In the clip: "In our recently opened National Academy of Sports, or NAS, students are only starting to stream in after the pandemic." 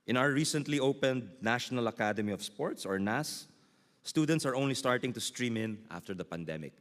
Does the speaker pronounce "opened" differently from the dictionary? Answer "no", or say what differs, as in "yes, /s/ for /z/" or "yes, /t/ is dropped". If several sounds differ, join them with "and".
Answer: no